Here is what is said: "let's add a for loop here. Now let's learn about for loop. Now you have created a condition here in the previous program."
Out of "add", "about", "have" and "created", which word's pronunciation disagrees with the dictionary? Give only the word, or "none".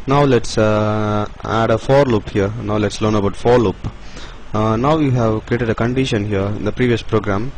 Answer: none